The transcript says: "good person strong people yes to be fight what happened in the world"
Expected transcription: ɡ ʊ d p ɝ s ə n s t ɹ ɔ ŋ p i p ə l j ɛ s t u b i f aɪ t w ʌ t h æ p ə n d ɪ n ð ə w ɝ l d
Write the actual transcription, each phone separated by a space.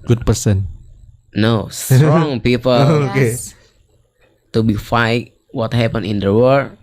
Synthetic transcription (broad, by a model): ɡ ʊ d p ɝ s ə n s t ɹ ɔ ŋ p i p ə l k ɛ t u b i f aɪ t w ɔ t h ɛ p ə n ɪ n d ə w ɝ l